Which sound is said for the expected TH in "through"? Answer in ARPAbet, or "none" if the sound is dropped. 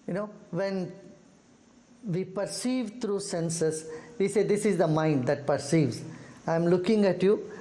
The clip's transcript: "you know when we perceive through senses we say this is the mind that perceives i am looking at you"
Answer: T